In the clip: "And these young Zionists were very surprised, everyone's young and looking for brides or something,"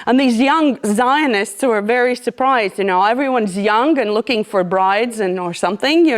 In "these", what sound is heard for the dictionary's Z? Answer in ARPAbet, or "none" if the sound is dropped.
Z